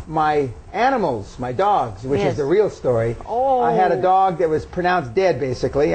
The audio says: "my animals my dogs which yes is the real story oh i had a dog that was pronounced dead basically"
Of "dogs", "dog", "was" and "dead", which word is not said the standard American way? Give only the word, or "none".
none